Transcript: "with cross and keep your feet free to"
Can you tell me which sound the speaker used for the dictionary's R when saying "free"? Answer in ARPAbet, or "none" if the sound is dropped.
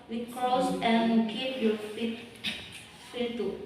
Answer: none